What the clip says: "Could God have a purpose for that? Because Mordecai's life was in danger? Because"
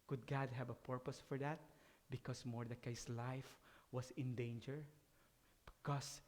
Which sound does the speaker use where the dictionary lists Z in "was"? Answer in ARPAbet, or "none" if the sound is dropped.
S